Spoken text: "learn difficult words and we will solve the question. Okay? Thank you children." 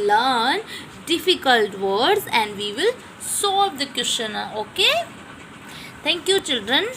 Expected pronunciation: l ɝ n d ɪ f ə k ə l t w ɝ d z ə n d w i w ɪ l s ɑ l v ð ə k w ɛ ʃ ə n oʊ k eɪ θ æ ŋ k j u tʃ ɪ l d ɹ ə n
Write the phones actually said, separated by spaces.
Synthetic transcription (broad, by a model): l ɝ n d ɪ f ə k ə l t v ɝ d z ə n d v i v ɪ l s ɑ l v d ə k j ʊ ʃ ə n oʊ k eɪ t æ ŋ k j u tʃ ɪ l d ɹ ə n